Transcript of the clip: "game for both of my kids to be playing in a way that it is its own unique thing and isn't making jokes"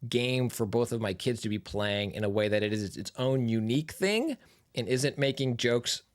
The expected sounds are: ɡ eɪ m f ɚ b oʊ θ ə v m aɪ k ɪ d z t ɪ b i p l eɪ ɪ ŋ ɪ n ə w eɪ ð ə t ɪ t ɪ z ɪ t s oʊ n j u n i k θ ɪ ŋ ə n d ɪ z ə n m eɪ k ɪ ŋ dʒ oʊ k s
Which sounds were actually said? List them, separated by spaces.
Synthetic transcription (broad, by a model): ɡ eɪ m f ɚ b oʊ θ ə v m aɪ k ɪ d z t ɪ b i p l eɪ ɪ ŋ ɪ n ə w eɪ ð ə t ɪ t ɪ z ɪ t s oʊ n j u n i k θ ɪ ŋ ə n ɪ z ə n m eɪ k ɪ ŋ dʒ oʊ k s